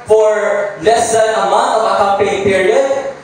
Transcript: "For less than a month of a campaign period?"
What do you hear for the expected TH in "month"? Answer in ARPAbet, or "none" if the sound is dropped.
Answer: T